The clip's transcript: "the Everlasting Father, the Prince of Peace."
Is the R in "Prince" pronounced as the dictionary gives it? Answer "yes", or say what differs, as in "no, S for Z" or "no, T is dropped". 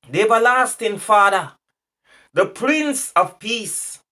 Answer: yes